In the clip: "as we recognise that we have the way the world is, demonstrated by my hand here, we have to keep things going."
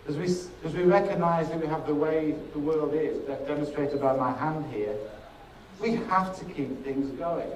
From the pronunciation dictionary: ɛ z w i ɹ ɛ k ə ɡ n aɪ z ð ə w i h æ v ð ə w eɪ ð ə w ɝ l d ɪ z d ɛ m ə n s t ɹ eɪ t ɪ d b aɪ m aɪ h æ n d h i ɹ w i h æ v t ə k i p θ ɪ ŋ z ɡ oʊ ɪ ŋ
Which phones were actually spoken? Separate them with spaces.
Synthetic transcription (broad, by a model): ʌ z w i ɹ ɛ k ə ɡ n aɪ z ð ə w i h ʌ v ð ə w eɪ ð ə w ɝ l d ɪ z d ɛ m ə n s t ɹ eɪ t ɪ d b aɪ m aɪ h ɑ n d h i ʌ w i h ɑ f t ə k i p θ ɪ ŋ z ɡ oʊ ɪ ŋ